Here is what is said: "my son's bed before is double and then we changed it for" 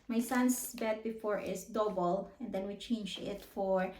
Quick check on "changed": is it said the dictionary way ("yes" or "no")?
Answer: no